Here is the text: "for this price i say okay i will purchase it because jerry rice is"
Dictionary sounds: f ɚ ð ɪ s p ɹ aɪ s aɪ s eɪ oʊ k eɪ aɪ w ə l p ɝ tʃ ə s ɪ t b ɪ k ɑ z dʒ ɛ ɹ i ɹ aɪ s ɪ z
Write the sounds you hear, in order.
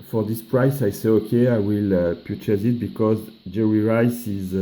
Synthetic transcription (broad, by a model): f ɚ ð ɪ s p ɹ aɪ s aɪ s eɪ oʊ k eɪ aɪ w ə l p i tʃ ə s ɪ t b ɪ k ɑ z dʒ ɛ ɹ i ɹ aɪ s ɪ z